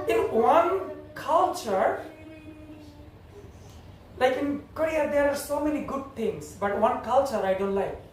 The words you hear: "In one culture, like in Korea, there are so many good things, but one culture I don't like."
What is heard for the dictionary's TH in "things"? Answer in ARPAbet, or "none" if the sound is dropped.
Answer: T